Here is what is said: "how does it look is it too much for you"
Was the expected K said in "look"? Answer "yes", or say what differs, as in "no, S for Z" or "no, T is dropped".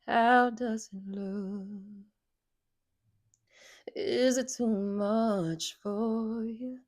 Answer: no, K is dropped